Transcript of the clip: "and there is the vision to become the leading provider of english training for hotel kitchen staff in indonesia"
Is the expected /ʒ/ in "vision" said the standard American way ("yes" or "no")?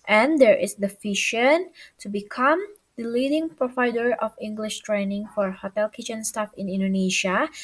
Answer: no